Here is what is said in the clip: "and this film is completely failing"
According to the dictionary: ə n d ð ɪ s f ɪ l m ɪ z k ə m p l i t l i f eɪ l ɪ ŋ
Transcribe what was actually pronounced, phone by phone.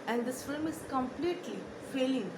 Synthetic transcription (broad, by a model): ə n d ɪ s f ɪ l m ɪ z k ə m p l i t l i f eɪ l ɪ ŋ